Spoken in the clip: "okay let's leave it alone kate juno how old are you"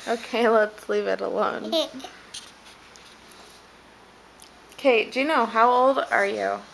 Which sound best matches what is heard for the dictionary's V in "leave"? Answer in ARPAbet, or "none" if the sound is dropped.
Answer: V